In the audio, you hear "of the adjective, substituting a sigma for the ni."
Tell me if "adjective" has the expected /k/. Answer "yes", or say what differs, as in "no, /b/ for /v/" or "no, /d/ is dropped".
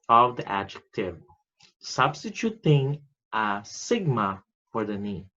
yes